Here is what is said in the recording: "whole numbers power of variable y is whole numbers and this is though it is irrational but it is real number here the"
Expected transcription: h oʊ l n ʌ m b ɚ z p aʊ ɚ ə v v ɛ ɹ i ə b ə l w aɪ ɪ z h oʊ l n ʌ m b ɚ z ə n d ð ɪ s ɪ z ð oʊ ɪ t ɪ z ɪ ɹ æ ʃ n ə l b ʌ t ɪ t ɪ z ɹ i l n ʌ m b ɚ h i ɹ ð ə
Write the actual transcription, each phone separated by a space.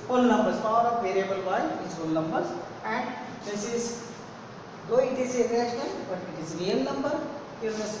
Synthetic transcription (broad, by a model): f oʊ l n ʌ m b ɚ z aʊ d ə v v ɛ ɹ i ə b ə l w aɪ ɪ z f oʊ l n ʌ m b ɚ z ə n d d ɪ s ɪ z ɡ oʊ ɪ t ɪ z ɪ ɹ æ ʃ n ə n b ʌ t ɪ t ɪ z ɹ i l n ʌ m b ɚ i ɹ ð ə